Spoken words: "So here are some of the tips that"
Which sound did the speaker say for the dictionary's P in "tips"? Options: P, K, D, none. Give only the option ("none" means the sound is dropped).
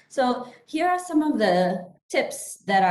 P